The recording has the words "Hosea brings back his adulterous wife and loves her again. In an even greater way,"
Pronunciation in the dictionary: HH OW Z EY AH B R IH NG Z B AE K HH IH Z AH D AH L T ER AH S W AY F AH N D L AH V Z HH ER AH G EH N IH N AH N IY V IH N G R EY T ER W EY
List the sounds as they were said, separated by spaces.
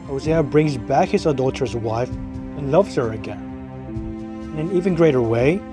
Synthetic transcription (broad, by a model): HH OW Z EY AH B R IH NG Z B AE K HH IH Z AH D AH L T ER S W AY F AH N L AH V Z HH ER AH G EH N IH N AH N IY V IH N G R EY T ER W EY